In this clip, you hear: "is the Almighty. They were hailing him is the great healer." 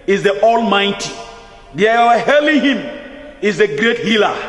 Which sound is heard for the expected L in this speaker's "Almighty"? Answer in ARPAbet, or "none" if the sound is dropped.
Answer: L